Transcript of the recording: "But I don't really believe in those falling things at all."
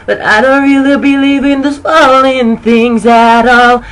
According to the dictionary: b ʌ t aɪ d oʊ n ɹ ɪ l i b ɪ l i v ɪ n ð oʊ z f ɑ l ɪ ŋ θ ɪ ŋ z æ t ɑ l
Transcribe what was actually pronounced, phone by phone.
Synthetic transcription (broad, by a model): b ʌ t aɪ d oʊ n ɹ ɪ l i b ɪ l i v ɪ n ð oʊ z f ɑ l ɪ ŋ θ ɪ ŋ z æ t ɑ l